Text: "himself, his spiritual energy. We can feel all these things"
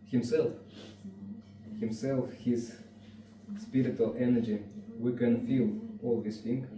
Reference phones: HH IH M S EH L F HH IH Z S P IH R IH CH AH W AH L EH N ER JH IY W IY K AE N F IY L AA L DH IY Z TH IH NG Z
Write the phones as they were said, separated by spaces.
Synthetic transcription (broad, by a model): HH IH M S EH L F HH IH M S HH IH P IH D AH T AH L EH N ER JH IY W IY K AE N F IY L AA L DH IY S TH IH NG